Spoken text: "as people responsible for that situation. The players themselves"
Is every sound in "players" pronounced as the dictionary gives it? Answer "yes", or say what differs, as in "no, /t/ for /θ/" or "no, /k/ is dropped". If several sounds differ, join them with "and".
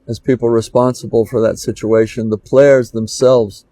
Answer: yes